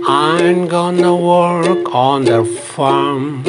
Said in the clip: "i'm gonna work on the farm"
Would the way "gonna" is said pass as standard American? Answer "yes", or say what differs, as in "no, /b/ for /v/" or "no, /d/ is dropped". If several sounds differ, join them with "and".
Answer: yes